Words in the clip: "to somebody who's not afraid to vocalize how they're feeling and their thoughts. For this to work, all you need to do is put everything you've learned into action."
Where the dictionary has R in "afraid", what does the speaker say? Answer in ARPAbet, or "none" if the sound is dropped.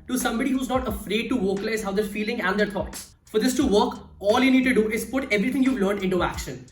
R